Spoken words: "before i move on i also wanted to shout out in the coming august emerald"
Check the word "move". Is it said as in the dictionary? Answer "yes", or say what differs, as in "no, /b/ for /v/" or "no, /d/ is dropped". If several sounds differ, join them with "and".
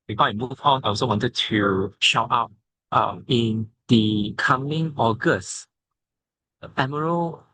no, /f/ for /v/